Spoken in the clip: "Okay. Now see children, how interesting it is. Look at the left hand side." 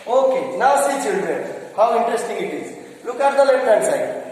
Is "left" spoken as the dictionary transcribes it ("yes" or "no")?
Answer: no